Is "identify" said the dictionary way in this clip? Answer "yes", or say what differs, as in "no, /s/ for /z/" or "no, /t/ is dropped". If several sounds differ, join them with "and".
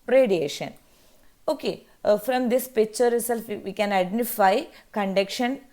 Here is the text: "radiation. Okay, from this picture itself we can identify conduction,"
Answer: yes